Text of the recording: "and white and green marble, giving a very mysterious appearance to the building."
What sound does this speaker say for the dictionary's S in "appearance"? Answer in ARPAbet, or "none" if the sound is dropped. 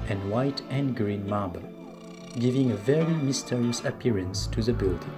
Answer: S